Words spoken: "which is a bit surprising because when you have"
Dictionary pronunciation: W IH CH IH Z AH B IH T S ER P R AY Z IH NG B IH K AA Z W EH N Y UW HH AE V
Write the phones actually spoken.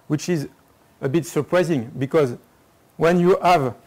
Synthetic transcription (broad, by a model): W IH CH IH Z AH B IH T S ER P R AY Z IH NG B IH K AA Z W EH N Y UW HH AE V